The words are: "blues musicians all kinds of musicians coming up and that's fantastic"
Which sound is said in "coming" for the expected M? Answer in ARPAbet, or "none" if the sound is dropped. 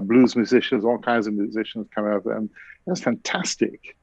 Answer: none